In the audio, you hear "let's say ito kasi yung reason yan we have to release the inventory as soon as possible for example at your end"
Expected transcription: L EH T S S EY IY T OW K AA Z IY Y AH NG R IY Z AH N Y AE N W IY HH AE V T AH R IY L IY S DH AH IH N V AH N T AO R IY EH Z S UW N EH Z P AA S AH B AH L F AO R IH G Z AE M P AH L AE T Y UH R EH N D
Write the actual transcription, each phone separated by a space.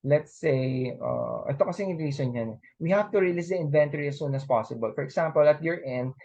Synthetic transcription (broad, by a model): L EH T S S EY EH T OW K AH S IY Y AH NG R IY S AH N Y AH N W IY HH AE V T AH R IY L IY S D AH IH N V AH N T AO R IY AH S UW N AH S P AA S AH B AH L F AO R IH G S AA M P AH L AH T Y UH R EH N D